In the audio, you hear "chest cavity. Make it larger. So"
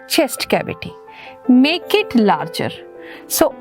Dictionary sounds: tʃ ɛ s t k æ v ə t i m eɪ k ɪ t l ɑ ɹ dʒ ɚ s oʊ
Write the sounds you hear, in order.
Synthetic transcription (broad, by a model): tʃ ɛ s t k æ b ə t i m eɪ k ɪ t l ɑ ɹ dʒ ɚ s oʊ